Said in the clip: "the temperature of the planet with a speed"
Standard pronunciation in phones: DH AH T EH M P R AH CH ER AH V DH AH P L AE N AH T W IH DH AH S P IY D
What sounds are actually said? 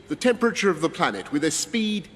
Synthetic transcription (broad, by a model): DH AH T EH M P R AH CH ER AH V DH AH P L AE N AH T W IH DH AH S P IY D